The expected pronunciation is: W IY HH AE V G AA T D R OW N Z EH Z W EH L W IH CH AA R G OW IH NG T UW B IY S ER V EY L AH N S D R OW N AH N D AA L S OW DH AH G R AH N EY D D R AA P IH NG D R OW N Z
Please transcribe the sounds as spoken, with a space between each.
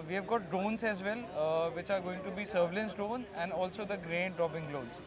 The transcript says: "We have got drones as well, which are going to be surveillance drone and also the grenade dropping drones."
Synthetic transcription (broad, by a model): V IY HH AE V G AA T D OW N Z EH Z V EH L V IH CH AA R G OW IH NG T UW B IY S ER V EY L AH N S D OW N AH N D AA L S OW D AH G R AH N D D R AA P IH NG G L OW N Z